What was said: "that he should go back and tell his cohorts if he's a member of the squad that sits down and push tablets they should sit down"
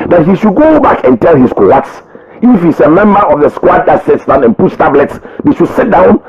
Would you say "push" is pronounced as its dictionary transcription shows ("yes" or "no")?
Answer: no